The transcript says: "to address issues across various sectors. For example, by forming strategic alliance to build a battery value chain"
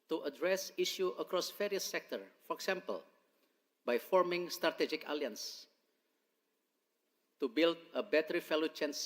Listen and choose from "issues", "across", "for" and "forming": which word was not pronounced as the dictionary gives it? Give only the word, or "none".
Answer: issues